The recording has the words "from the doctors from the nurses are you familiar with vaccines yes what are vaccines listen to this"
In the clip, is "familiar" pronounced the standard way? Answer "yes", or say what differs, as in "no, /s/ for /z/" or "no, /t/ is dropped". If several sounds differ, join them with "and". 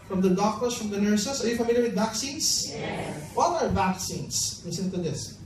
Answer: yes